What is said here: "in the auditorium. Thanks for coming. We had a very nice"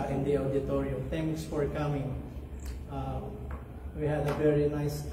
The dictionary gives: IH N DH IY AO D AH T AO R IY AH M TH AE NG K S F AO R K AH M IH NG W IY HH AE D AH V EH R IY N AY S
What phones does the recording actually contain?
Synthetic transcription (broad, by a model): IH N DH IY AO D AH T AO R IY AH M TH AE NG K S F AO R K AH M IH NG W IY HH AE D AH V EH R IY N AY S